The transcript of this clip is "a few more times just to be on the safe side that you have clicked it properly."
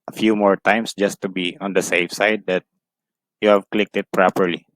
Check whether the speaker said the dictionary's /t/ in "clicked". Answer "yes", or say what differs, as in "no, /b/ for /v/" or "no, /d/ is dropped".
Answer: yes